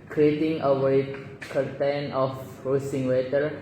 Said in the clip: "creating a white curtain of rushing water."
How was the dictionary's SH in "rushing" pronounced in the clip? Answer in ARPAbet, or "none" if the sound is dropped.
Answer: S